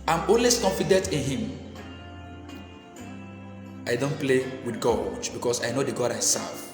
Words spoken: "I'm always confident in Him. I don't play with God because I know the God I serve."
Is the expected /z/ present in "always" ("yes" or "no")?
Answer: no